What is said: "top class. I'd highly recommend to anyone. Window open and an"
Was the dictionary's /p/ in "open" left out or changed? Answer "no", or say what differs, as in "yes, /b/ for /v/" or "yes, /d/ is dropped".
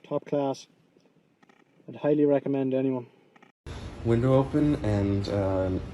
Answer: yes, /p/ is dropped